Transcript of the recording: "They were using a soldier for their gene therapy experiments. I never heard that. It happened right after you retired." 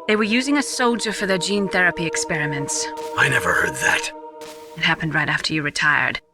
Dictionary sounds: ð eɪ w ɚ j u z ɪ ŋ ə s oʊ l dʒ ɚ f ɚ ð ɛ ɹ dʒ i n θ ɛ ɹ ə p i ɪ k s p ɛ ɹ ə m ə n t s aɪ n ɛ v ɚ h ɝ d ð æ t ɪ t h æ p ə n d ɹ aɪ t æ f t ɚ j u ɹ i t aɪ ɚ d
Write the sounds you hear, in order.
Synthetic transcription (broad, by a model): ð eɪ w ɚ j u z ɪ ŋ ə s oʊ l dʒ ɚ f ɚ ð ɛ ɹ dʒ i n θ ɛ ɹ ə p i ɪ k s p ɛ ɹ ə m ə n t s aɪ n ɛ v ɚ h ɝ d ð æ t ɪ t h æ p ə n d ɹ aɪ t æ f t ɚ j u ɹ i t aɪ ɚ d